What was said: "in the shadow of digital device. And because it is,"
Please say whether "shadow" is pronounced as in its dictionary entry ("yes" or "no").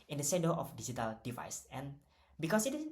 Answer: no